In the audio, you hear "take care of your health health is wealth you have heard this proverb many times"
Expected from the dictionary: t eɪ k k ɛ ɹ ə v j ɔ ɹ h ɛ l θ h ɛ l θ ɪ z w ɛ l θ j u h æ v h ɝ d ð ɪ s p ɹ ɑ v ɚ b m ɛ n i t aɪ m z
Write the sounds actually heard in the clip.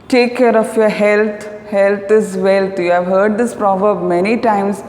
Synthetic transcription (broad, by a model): t eɪ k k ɛ ɹ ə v j ɔ ɹ h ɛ l t h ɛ l t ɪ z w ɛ l t j u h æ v h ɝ d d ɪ s p ɹ ɑ v ɚ b m ɛ n i t aɪ m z